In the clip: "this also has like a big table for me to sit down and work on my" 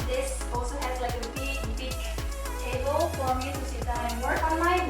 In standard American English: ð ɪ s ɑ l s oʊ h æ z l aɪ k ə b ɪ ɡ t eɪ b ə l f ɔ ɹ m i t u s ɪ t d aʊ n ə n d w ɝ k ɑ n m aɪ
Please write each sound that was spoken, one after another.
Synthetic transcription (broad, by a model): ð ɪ s ɑ l s oʊ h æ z l aɪ k ə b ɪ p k eɪ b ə l f ɔ ɹ m i t u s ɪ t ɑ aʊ ə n w ɝ k ɑ n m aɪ